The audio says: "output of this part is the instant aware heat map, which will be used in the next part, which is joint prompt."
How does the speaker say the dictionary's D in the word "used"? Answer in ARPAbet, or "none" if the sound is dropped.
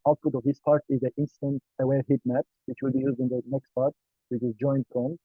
D